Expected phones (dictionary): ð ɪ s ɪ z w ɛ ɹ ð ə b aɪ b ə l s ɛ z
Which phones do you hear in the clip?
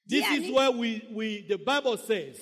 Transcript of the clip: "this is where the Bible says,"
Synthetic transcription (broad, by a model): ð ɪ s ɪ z w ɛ w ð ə b aɪ b ə l s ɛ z